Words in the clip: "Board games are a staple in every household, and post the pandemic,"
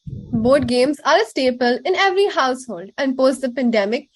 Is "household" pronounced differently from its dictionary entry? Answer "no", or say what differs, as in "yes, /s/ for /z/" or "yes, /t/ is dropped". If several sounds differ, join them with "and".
no